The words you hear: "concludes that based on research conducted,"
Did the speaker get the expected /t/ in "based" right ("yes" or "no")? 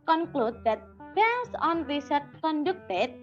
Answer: no